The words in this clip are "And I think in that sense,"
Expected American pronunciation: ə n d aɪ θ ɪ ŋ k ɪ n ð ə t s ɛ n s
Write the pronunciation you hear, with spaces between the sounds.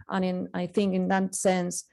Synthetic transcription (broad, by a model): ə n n aɪ θ ɪ ŋ k ɪ n ð ə t s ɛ n s